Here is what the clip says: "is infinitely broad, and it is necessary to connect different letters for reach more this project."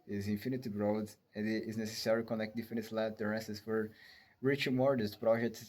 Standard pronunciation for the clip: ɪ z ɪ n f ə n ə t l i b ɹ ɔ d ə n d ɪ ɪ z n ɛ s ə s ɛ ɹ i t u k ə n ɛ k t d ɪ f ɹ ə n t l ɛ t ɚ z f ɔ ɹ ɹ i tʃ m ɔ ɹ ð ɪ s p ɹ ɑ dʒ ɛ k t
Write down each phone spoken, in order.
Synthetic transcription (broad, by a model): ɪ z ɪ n f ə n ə t i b ɹ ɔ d ə n d ɪ ɪ z n ɛ s ə s ɛ ɹ i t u k ə n ɛ k t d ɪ f ə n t l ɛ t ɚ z f ɔ ɹ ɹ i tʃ m ɔ ɹ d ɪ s p ɹ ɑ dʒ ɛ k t